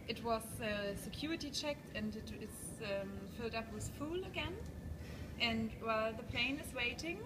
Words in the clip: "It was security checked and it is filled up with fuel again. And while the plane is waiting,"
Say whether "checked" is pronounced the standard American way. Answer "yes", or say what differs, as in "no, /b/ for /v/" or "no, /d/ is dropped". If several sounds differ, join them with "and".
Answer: yes